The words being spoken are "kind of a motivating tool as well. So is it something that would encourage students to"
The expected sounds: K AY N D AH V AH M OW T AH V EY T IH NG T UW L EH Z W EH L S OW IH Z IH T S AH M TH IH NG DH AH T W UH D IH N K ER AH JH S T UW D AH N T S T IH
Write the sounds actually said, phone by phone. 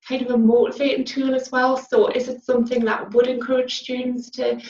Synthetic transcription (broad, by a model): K AY N D AH V AH M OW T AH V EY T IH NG T UW L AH Z W EH L S OW IH Z IH T S AH M TH IH NG DH AH T W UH D IH N K ER AH JH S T UW D N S T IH